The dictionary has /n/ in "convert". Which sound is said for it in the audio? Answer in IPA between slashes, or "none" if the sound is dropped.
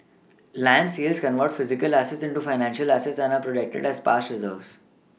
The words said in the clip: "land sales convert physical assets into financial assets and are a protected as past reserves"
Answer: /n/